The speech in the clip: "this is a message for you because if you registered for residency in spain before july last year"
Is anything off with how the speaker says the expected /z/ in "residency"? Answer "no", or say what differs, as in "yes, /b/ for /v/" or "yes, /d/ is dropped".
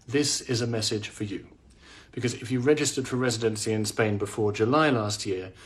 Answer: no